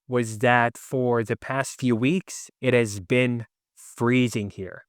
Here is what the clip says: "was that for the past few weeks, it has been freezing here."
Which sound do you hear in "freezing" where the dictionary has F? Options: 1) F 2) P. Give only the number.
1